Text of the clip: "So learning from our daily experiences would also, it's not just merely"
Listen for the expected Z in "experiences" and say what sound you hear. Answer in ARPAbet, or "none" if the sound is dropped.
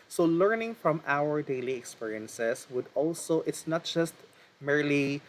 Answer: S